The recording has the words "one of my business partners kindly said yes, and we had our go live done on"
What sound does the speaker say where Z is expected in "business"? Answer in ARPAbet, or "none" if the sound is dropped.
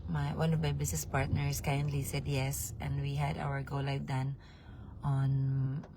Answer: S